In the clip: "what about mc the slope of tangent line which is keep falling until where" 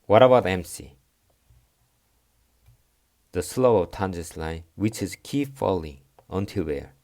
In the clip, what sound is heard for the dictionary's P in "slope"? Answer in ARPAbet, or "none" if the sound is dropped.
none